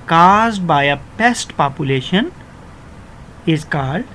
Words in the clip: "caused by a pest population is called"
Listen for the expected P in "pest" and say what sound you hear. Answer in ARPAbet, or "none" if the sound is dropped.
P